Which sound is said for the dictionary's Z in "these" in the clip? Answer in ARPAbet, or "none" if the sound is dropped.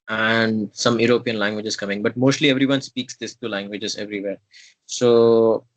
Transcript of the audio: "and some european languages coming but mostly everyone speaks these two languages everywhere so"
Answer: S